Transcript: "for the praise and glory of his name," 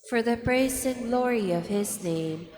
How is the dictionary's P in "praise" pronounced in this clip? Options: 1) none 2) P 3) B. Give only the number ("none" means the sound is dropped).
3